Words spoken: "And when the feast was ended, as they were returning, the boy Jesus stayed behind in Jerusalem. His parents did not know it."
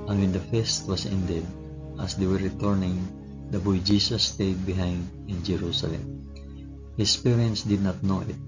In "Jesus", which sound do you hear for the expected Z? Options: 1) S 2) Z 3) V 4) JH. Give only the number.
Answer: 1